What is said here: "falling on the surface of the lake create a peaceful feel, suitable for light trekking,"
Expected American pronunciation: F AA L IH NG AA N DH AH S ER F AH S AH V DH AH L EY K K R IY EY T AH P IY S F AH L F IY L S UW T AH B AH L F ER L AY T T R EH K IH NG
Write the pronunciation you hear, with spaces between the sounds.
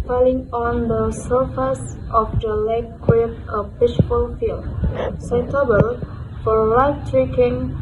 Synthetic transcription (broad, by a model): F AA L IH NG AA N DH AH S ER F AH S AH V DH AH L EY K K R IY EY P AH B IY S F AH L F IY L S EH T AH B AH L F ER L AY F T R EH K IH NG